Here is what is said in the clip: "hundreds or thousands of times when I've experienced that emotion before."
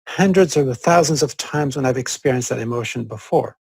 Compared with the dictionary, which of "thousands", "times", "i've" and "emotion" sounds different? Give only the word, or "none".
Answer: none